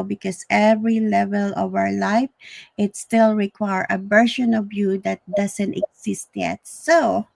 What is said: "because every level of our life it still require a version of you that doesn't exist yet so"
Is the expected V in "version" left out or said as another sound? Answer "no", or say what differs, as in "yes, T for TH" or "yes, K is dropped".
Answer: yes, B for V